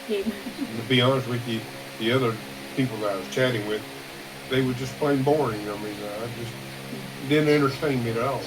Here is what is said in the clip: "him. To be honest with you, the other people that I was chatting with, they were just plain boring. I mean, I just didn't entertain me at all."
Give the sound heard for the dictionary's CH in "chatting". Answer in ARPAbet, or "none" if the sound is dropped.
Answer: CH